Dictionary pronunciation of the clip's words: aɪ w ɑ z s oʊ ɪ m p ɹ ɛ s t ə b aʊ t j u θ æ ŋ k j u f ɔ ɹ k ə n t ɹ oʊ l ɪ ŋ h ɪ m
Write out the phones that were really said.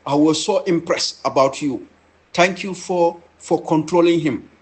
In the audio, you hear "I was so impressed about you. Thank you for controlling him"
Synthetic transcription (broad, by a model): aɪ w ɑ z s oʊ ɪ m p ɹ ɛ s t ə b aʊ t j u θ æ ŋ k j u f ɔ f k ə n t ɹ oʊ l ɪ ŋ h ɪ m